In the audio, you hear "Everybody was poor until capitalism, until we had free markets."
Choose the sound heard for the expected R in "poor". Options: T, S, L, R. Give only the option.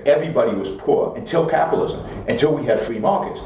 R